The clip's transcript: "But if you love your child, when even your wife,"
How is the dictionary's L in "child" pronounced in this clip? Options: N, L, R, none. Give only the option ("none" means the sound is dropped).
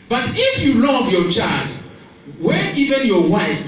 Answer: L